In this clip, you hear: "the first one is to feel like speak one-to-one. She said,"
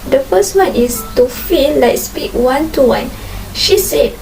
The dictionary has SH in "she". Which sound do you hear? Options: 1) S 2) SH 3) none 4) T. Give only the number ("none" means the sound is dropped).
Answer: 2